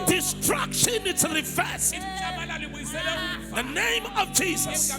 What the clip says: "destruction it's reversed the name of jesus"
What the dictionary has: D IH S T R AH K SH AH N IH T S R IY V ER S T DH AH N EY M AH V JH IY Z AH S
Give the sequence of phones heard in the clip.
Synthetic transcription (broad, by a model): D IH S T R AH K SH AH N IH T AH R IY F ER S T DH AH N EY M AH V JH IY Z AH S